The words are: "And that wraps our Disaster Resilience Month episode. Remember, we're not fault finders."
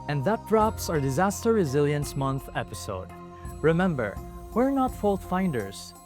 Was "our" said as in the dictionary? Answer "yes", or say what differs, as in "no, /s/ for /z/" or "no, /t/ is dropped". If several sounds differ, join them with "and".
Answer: yes